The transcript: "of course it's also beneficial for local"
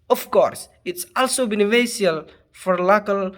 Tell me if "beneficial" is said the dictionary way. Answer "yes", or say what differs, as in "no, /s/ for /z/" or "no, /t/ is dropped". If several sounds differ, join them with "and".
no, /ʃ/ is dropped